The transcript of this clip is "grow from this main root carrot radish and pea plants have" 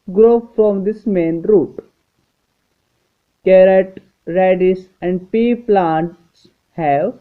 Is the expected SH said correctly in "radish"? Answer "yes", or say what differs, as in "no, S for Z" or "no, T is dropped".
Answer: no, S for SH